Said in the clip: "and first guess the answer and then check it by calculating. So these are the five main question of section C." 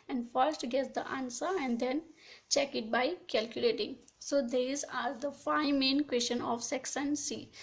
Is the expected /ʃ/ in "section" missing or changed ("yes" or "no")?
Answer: yes